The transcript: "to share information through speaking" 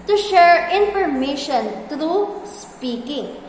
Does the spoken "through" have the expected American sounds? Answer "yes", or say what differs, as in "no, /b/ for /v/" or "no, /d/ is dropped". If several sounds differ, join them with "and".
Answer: no, /t/ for /θ/